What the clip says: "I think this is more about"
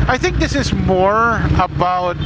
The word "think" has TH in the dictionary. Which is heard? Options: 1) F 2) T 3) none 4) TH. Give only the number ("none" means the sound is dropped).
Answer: 4